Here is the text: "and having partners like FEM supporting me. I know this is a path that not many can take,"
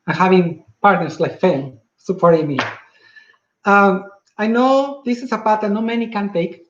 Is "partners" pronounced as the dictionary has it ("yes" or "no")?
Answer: no